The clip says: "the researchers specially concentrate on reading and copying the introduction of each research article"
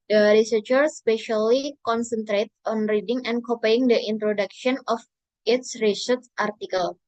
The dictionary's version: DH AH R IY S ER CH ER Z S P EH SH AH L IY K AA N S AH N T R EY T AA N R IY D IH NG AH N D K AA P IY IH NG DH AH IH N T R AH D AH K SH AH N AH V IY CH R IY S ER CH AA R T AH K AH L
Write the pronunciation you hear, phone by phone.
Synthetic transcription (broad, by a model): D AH R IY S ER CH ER S P EH SH AH L IY K AA N S AH N T R EY T AA N R IY D IH NG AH N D K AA P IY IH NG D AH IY N T R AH D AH K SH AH N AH F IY S R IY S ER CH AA R T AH K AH L